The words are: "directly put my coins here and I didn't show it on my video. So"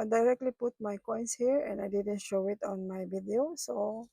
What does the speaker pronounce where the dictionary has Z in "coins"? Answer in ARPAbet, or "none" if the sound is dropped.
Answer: S